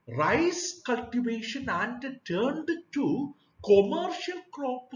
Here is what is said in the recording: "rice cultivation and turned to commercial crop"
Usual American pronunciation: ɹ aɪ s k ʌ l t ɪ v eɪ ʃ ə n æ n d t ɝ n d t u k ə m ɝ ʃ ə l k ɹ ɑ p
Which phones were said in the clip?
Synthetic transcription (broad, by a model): ɹ aɪ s k ʌ l t ɪ v eɪ ʃ ə n æ n d t ɝ n d t u k ə m ɝ ʃ ə l k ɹ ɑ p